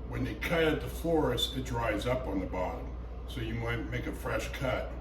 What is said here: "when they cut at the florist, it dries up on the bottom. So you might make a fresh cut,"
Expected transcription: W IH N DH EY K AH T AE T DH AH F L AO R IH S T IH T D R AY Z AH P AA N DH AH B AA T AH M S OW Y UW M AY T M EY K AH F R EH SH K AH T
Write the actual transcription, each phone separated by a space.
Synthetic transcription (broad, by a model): W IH N DH EY K AH T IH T DH AH F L AO R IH S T IH T D R AY Z AH P N DH AH B AA T AH M S OW Y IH M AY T M EY K AH F R EH SH K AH T